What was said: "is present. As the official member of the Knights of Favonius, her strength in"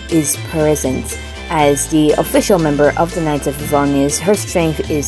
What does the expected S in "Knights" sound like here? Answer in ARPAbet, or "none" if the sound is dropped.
none